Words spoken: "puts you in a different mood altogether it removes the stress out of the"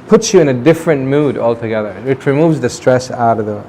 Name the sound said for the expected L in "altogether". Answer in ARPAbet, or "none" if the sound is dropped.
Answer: L